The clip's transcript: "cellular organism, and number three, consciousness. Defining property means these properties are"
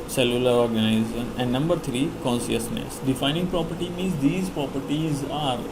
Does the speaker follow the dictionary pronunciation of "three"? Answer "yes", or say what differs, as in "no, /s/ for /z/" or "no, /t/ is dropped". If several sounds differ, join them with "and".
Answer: no, /t/ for /θ/